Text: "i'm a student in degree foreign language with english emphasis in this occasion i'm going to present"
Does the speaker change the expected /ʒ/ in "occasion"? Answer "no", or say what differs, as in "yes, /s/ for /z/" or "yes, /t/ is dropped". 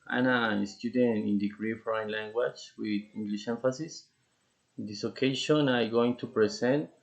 yes, /ʃ/ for /ʒ/